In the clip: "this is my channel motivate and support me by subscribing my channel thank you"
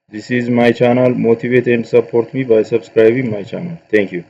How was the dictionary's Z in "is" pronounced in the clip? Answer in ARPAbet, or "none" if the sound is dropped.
Z